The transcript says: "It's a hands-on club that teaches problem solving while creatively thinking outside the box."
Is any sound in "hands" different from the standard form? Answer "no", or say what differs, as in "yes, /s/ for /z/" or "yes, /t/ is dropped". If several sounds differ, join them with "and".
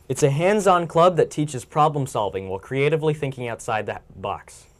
no